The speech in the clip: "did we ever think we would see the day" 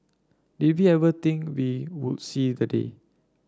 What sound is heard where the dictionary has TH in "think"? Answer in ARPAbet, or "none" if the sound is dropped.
T